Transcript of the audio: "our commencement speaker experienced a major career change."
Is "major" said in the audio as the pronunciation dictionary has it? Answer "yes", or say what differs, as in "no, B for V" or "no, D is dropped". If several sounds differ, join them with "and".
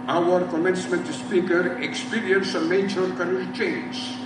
no, CH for JH